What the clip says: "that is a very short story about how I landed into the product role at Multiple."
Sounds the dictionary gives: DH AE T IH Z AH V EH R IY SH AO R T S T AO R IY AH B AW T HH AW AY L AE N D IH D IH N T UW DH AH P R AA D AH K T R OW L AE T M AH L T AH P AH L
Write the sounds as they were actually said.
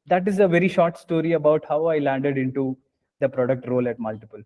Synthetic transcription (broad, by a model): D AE T IH Z AH V EH R IY SH AO R T S T AO R IY AH B AW T HH AW AY L AE N D IH D IH N T UW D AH P R AA D AH K T R OW L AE T M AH L T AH P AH L